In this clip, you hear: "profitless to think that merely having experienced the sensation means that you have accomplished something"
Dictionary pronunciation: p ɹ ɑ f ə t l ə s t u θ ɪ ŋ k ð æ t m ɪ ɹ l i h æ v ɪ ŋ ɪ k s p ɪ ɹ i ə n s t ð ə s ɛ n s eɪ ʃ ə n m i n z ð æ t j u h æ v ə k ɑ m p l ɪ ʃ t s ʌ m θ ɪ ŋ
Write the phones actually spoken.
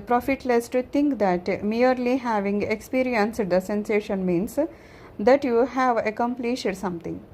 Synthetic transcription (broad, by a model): p ɹ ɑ f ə t l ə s t u t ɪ ŋ k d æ t m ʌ ɹ l i h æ v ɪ ŋ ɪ k s p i ɹ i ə n s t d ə s ɛ n s eɪ ʃ ə n m i n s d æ t j u h æ v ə k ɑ m p l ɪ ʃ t s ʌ m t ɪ ŋ